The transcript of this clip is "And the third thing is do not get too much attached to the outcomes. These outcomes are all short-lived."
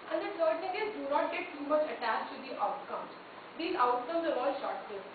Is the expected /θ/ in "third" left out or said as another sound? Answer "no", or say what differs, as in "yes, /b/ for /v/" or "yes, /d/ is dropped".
yes, /t/ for /θ/